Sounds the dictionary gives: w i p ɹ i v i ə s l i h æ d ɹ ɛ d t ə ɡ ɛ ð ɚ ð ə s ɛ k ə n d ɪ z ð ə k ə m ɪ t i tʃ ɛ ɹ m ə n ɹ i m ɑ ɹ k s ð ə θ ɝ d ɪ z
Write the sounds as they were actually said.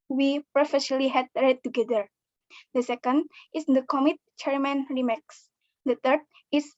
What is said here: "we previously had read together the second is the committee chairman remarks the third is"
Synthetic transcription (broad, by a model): w i p ɹ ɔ f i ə l i h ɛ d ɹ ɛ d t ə ɡ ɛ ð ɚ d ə s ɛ k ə n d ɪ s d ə k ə m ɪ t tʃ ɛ ɹ m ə n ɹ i m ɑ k s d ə t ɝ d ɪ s